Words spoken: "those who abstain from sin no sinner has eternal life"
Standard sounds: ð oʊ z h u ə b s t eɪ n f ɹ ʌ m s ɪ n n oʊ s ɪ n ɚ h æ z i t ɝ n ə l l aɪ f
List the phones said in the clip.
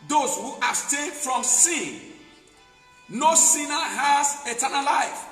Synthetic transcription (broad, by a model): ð oʊ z h u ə s t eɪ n f ɹ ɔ m s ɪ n n oʊ s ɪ n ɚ h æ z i t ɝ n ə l l aɪ f